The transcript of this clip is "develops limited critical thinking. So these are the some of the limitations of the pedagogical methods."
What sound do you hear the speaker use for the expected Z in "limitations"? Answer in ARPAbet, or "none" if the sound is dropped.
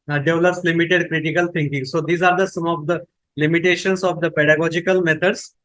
S